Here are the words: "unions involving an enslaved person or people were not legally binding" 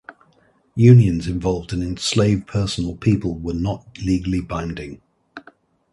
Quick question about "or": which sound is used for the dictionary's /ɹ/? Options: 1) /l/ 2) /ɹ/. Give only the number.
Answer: 1